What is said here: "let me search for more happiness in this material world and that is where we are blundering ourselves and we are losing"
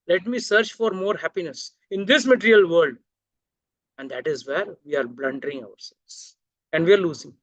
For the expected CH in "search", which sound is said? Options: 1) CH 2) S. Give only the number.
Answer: 1